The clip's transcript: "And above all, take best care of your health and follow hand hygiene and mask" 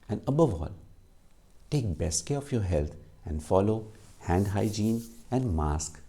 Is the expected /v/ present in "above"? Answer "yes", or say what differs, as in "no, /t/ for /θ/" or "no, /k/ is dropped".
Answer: yes